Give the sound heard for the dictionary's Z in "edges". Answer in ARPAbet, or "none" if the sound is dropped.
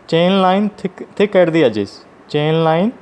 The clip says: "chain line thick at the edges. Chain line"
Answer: S